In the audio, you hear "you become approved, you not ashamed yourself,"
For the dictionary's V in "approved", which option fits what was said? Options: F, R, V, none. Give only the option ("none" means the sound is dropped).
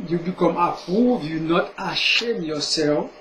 none